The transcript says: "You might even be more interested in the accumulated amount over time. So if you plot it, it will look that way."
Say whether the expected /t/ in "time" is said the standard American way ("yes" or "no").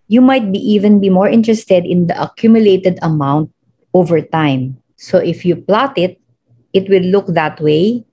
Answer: yes